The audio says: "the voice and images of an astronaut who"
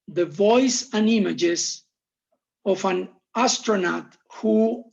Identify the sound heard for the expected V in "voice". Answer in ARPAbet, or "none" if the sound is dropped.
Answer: V